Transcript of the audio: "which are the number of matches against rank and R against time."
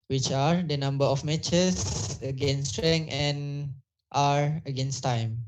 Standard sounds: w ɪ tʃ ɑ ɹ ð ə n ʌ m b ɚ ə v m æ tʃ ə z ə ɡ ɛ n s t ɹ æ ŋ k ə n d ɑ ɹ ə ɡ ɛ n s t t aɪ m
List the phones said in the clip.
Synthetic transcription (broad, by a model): w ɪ tʃ ɑ ɹ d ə n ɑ m b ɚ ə f m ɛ tʃ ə s ə ɡ ɛ n s t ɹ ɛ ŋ ə n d ɑ ɹ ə ɡ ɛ n s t t aɪ m